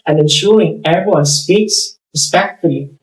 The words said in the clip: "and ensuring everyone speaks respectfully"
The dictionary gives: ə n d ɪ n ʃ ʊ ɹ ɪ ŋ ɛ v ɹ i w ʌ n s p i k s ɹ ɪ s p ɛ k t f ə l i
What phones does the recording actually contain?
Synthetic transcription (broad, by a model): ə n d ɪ n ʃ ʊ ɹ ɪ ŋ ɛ ɹ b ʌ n s p i k s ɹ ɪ s p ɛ k t f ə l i